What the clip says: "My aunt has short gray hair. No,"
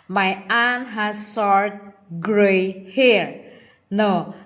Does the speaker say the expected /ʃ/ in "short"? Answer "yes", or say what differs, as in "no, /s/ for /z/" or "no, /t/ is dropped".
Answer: no, /s/ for /ʃ/